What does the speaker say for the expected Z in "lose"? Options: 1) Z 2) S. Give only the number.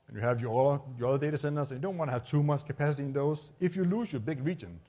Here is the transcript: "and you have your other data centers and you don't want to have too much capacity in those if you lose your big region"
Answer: 2